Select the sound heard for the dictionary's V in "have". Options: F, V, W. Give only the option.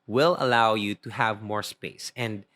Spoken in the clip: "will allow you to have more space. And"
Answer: V